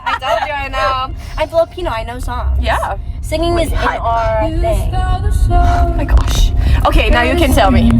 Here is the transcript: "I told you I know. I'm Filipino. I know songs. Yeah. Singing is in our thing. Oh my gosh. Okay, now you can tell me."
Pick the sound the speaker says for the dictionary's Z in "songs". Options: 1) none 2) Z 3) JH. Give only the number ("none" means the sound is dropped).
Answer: 1